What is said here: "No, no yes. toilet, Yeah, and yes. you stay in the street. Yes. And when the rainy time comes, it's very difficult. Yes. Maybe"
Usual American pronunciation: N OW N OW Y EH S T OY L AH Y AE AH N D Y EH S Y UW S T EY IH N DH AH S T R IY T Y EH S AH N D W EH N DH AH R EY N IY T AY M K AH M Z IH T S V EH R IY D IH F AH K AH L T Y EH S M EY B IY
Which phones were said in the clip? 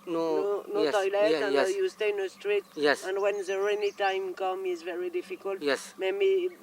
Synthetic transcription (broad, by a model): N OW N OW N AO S T OY L AH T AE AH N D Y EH Y UW S T EY IH N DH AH S T R IY T Y EH S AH N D W EH N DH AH R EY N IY T AY M K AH M IH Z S V EH R IY D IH F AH K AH L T Y EH S M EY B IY